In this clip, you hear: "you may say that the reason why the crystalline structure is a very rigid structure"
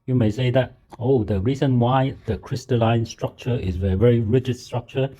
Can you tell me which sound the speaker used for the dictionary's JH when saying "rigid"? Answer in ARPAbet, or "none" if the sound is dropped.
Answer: JH